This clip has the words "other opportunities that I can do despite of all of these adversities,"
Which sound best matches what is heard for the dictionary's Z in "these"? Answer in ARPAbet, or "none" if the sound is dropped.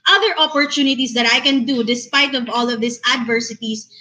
S